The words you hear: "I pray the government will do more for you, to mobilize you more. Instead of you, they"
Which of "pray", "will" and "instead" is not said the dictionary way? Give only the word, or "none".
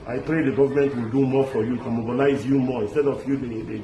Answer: none